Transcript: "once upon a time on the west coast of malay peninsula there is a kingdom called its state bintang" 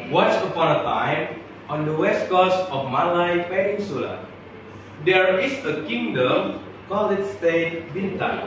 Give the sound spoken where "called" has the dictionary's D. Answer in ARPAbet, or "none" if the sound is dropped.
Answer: none